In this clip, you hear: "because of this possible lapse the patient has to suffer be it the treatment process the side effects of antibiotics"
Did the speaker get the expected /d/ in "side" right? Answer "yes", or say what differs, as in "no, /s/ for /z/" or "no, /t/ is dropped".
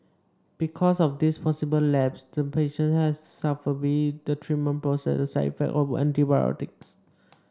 no, /d/ is dropped